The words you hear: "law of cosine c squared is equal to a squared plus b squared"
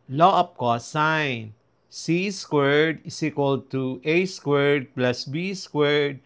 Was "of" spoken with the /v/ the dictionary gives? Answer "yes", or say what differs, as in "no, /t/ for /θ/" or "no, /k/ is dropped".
no, /p/ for /v/